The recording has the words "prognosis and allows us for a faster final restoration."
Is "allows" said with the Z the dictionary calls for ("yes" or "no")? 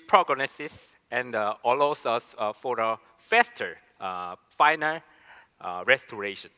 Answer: no